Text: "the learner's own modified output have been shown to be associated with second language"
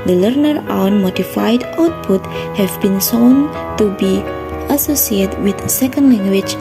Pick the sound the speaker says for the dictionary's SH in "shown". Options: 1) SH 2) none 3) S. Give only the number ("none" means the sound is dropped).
3